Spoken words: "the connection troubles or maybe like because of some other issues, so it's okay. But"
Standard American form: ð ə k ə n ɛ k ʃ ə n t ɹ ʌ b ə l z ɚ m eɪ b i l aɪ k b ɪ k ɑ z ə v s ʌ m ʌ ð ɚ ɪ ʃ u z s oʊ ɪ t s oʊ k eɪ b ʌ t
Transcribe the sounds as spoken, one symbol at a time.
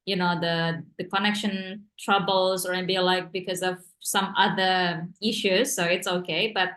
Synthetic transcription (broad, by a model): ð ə k ə n ɛ k ʃ ə n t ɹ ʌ b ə l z ɚ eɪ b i l aɪ k b ɪ k ɑ z ə v s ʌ m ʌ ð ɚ ɪ ʃ u z s oʊ ɪ t s oʊ k eɪ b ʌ t